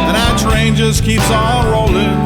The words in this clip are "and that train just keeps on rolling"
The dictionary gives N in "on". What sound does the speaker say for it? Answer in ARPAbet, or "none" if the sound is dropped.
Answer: L